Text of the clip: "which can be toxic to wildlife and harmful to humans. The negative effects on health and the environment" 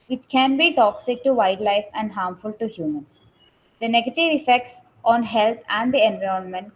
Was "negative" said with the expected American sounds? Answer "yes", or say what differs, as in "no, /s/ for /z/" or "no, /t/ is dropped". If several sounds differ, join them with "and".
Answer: yes